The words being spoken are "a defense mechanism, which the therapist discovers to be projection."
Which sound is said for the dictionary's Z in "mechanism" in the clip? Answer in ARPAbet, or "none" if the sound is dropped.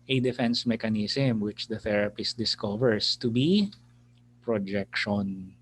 S